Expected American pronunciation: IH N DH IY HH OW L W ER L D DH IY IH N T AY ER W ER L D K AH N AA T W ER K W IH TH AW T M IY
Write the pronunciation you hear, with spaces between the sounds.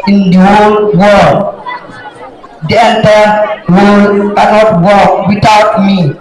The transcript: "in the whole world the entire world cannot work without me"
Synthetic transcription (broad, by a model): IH N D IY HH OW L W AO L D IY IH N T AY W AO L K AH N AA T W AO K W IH T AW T M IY